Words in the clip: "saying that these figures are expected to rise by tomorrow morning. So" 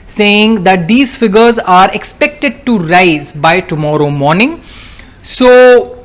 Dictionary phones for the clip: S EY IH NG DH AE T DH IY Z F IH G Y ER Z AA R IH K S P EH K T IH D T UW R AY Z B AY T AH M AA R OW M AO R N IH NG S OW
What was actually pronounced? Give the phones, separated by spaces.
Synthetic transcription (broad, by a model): S EY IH NG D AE T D IY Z F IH G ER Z AA R IH K S P EH K T IH D T UW R AY Z B AY T AH M AA R OW M AO R N IH NG S OW